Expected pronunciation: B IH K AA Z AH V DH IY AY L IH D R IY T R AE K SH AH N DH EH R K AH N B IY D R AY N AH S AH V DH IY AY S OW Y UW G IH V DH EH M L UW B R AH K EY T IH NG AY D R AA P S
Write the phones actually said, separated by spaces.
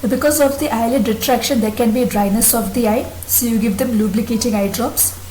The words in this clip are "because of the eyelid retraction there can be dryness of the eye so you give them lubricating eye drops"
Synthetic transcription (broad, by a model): B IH K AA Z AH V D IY AY L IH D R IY T R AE K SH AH N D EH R K AH N B IY D R AY N AH S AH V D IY AY S OW Y UW G IH V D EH M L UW B L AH K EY T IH NG AY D R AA P S